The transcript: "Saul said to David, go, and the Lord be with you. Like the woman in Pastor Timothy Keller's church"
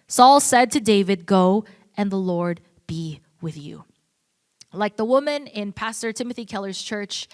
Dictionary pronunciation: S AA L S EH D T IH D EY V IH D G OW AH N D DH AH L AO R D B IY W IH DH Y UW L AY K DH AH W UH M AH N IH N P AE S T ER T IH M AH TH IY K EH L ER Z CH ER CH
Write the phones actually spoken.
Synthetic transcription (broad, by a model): S AA L S EH D T IH D EY V IH D G OW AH N DH AH L AO R D B IY W IH DH Y UW L AY K DH AH W UH M AH N IH N P AE S T ER T IH M AH TH IY K EH L ER Z CH ER CH